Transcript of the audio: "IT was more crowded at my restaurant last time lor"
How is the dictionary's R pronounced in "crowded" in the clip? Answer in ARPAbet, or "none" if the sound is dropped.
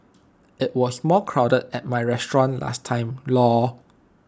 R